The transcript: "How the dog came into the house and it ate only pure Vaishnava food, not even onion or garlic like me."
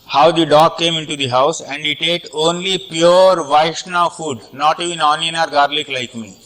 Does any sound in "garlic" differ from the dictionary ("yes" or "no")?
no